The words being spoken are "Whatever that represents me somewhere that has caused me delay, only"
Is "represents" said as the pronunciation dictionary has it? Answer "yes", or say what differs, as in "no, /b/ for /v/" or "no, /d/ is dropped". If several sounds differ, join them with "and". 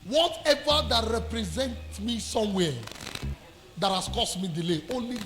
no, /s/ is dropped